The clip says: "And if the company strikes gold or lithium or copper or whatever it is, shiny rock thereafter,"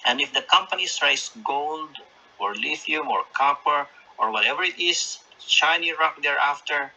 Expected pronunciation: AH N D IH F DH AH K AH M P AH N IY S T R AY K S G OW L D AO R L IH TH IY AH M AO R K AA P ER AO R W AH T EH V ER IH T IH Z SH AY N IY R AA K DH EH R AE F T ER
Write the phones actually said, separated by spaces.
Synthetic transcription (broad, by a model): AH N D IH F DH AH K AH M P AH N IY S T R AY S G OW L D AO R L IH F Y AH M AO R K AA P ER AO R W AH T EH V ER IH T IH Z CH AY N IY R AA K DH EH R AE F T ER